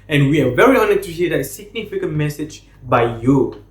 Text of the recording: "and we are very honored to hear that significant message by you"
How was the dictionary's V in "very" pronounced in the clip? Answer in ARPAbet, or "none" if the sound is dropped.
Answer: V